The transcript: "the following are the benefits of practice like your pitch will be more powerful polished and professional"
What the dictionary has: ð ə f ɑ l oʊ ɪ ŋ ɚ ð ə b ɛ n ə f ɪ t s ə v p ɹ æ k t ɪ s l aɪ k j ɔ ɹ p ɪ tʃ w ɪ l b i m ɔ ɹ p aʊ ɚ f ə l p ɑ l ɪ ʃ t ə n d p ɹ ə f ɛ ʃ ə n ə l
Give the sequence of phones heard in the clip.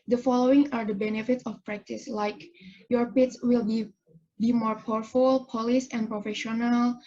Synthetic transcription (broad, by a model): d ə f ɑ l oʊ ɪ ŋ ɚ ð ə b ɛ n ə f ɪ t s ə f p ɹ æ k t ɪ s l aɪ k j ɔ ɹ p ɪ s w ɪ l b i m ɔ ɹ p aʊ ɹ f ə l p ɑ l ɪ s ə n p ɹ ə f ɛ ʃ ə n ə l